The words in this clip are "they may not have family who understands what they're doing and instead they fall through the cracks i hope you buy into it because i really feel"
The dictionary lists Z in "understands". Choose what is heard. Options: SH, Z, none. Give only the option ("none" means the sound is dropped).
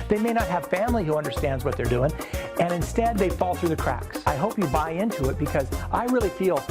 Z